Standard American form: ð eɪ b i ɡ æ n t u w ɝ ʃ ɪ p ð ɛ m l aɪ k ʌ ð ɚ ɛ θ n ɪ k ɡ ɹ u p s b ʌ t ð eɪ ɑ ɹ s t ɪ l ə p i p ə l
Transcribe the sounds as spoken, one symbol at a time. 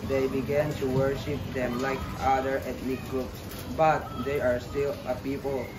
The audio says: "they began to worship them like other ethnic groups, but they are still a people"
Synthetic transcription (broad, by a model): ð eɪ b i ɡ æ n t u w ɝ ʃ ɪ p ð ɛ m l aɪ k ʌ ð ɚ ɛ t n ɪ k ɡ ɹ u p s b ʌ t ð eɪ ɑ ɹ s t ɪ l ə p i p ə l